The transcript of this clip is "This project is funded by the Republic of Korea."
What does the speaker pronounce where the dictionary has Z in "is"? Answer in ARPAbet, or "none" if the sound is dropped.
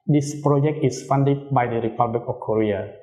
S